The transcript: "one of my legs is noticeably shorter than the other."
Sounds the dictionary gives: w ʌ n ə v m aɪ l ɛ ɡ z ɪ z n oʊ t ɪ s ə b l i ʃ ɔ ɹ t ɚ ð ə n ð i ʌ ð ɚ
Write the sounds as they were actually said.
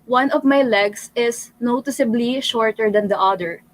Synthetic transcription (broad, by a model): w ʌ n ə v m aɪ l ɛ ɡ s ɪ s n oʊ t ɪ s ə b l i ʃ ɔ ɹ t ɚ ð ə n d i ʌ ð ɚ